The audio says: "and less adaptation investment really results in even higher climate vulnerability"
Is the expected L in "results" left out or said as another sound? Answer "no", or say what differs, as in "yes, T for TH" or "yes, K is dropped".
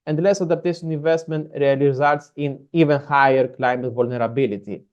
yes, L is dropped